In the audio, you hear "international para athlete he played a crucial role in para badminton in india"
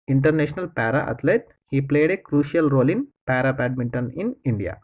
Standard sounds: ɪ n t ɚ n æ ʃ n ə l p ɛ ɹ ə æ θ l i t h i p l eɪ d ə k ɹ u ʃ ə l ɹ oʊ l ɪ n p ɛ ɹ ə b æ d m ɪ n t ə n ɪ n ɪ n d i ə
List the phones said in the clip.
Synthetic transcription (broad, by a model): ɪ n t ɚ n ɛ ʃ n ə l p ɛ ɹ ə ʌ t l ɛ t h i p l eɪ d ə k ɹ u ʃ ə l ɹ oʊ l ɪ n p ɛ ɹ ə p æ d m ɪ n t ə n ɪ n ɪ n d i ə